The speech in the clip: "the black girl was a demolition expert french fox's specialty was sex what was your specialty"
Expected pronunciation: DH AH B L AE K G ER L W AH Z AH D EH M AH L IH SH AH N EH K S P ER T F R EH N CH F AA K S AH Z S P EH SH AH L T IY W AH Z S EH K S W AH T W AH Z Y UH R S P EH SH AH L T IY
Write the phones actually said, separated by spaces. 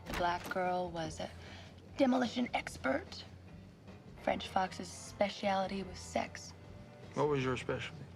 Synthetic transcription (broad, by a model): DH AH B L AE K G ER L W AH Z AH D EH M AH L IH SH AH N EH K S P ER T F R EH N CH F AA K S AH Z S P EH SH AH L T IY W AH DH S EH K S W AH T W AH Z Y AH R S P EH SH L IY